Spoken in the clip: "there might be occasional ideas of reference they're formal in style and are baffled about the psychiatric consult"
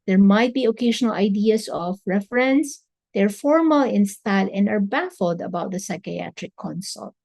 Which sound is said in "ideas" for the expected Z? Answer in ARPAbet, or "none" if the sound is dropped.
S